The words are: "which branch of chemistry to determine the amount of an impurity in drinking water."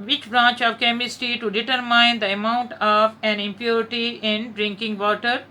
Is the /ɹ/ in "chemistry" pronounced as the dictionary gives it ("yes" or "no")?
no